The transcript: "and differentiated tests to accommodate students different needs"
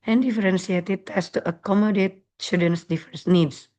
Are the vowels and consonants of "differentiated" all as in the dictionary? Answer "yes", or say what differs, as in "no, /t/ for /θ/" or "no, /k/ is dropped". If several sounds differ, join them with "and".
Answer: no, /s/ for /ʃ/